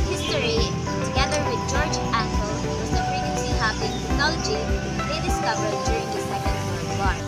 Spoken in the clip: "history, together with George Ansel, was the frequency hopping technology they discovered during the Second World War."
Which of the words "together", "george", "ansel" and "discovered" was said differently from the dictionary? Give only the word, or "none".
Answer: ansel